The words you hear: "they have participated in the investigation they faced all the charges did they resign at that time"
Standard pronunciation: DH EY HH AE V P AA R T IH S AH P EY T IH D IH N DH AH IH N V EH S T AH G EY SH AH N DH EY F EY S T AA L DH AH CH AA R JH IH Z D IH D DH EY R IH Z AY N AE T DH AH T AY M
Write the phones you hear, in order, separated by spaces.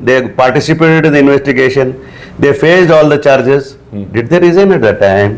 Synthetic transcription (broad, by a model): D EY P AA R T IH S AH P EY T IH D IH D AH IH N V EH S T AH G EY SH AH N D EY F EY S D AA L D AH CH AA R JH IH Z D IH D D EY R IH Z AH N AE T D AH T AY M